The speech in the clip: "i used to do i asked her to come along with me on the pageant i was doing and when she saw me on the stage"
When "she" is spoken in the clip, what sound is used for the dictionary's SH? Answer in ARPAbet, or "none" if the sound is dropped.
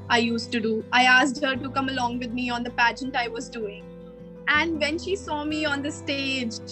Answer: SH